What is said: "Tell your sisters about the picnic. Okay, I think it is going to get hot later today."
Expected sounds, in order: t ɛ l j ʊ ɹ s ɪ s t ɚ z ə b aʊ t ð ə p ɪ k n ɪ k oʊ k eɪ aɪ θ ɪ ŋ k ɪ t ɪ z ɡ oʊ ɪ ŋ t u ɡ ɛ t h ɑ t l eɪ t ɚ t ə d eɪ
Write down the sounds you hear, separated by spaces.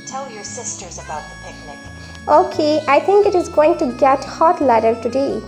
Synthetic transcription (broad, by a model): t ɛ l j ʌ ɹ s ɪ s t ɚ z ə b aʊ t ð ə p ɪ k n ɪ k oʊ k eɪ aɪ t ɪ ŋ k ɪ t ɪ z ɡ oʊ ɪ ŋ t u ɡ ɛ t h ɑ t l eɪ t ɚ t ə d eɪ